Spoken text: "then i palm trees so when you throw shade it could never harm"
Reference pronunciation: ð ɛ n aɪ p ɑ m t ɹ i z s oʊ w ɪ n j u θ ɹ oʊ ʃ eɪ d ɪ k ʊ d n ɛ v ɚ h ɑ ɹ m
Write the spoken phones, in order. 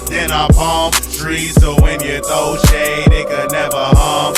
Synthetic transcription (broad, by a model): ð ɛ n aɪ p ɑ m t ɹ i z s oʊ w ɪ n j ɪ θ oʊ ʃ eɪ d ɪ k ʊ d n ɛ v ɚ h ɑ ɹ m